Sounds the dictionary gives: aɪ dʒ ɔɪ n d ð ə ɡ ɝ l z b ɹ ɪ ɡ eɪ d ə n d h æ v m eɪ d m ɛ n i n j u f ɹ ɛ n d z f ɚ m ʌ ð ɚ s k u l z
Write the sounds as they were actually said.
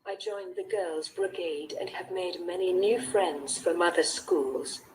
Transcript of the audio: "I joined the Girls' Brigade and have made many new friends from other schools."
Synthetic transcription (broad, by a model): aɪ dʒ ɔɪ n ð ə ɡ ɝ l z b ɹ ɪ ɡ eɪ d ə n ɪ v m eɪ d m ɛ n i n j u f ɹ ɛ n d z f ɚ m ʌ ð ɚ s k u l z